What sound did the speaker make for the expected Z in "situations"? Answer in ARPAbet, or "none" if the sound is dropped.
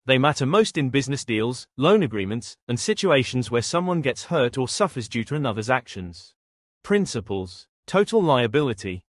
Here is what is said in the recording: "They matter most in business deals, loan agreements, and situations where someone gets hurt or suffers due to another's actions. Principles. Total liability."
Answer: Z